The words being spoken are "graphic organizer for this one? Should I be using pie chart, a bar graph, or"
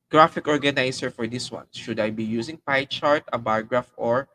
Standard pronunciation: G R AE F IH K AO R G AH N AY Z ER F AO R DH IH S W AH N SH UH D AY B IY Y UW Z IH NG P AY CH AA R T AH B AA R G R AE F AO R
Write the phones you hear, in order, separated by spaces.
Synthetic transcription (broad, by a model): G R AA F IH K AO R G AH N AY S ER F AO R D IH S W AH N SH UH D AY B IY Y UW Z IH NG P AY CH AA R T AH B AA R G R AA F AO R